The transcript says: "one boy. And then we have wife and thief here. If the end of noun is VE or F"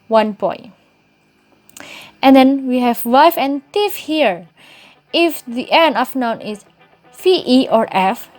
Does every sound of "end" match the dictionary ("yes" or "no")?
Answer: no